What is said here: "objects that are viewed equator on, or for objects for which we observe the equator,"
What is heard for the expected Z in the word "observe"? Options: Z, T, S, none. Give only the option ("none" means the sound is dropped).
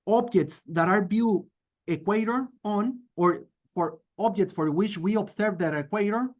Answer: S